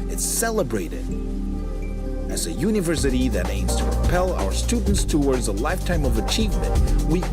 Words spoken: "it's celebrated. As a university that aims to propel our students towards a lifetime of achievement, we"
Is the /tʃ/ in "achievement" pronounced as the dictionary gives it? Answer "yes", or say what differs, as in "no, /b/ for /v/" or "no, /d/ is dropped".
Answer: yes